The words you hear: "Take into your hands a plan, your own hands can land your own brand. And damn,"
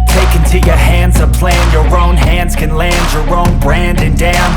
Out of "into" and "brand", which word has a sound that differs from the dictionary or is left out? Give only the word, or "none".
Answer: none